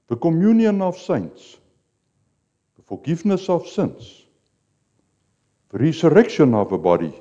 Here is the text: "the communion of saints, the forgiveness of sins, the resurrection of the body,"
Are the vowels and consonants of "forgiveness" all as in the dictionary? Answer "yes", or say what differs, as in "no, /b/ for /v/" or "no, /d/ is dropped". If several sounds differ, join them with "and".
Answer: no, /f/ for /v/